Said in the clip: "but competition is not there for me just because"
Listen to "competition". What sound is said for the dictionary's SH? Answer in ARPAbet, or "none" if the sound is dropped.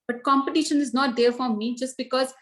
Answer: SH